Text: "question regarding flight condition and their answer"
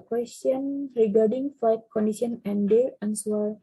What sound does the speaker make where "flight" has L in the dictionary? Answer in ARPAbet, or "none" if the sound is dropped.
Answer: none